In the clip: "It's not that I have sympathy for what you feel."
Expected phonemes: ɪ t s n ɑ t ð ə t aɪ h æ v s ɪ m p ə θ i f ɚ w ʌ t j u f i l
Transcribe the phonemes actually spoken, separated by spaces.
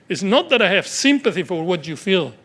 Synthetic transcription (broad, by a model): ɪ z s n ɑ t ð ə t aɪ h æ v s ɪ m p ə θ i f ɚ w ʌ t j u f i l